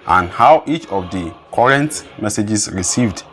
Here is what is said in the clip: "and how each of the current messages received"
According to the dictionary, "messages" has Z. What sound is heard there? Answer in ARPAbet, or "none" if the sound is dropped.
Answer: S